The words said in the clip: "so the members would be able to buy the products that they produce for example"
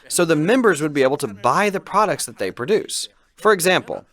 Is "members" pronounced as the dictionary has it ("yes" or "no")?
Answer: yes